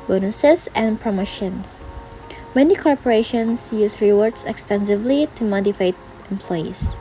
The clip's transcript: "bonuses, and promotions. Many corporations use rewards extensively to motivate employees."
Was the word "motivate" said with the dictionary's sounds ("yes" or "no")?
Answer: no